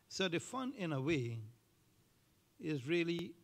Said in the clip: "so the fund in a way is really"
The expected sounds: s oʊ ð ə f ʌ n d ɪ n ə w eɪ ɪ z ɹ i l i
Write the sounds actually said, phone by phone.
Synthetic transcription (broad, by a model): s oʊ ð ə f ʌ n ɪ n ə w eɪ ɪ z ɹ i l i